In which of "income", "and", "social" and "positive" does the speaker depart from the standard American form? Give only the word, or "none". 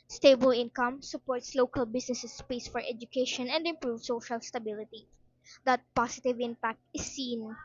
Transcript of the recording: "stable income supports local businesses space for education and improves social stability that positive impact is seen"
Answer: positive